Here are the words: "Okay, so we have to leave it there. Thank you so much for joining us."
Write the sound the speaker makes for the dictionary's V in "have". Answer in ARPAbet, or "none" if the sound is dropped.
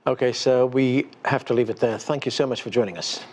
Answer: F